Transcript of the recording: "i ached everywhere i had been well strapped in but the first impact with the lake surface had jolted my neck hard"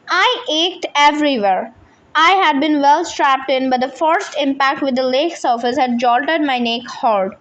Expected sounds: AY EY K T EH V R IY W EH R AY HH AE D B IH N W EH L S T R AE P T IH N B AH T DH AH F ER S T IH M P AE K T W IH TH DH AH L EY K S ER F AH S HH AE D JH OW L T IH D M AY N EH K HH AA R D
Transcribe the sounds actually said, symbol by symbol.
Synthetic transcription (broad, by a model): AY EY K T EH V R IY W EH R AY HH AE D B IH N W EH L S T R AE P T IH N B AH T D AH F ER S T IH M P AE K T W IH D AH L EY K S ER F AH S HH AE D JH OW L T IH D M AY N EH K HH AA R D